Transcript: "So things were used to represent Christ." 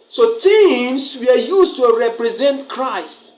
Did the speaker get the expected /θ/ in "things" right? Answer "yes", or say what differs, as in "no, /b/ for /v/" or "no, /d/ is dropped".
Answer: no, /t/ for /θ/